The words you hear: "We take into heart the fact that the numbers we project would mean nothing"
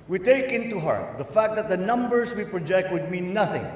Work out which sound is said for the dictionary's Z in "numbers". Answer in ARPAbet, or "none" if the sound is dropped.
S